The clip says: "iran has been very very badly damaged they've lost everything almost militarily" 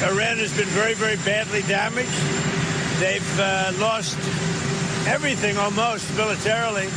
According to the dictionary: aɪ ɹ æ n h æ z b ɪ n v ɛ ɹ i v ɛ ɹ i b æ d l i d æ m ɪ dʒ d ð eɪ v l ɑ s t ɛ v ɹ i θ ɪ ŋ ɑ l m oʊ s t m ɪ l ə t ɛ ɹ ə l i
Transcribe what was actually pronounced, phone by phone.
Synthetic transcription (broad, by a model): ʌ ɹ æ n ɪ z b ɪ n v ɛ ɹ i v ɛ ɹ i b æ d l i d æ m ɪ dʒ d ð eɪ v l ɑ s t ɛ v ɹ i θ ɪ ŋ ɑ l m oʊ s t m ɪ l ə t ɛ ɹ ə l i